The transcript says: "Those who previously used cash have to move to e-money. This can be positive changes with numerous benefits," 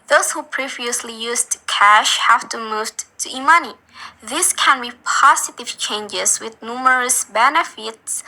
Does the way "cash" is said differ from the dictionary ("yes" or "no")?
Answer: no